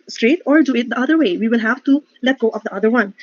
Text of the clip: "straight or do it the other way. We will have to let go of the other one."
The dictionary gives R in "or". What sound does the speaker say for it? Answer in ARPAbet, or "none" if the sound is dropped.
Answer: R